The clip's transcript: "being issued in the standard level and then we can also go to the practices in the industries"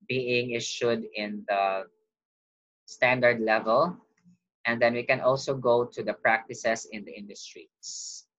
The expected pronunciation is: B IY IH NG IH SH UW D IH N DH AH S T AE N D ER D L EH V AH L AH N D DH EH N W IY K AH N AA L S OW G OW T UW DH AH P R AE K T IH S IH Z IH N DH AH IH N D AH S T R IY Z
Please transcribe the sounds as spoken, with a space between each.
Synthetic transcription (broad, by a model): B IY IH NG IH SH UW D IH N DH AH S T AE N D ER D L EH V AH L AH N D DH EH N W IY K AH N AA L S OW G OW T UW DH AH P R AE K T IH S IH S IH N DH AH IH N D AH S T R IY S